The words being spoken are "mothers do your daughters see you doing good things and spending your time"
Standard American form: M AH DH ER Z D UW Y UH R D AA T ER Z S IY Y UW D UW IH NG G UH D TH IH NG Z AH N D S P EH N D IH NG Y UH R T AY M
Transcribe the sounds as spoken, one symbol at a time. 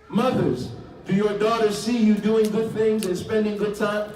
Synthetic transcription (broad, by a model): M AH DH ER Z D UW Y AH R D AA T ER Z S IY Y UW D UW IH NG G UH D TH IH NG Z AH N S P EH N D IH NG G UH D T AY M